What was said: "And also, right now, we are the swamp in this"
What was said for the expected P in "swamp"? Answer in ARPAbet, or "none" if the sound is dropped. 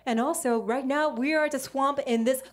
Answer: P